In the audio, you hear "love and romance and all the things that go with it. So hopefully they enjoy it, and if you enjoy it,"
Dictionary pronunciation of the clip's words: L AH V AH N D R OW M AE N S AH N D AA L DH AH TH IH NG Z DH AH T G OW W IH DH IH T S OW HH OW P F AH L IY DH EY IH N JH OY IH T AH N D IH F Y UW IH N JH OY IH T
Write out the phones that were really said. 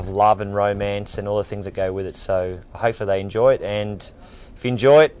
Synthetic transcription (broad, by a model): L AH V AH N R OW M AE N S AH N AA L DH AH TH IH NG Z DH AH T G OW W IH DH IH T S OW HH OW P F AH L DH EY IH N JH OY IH T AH N IH F Y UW IH N JH OY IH T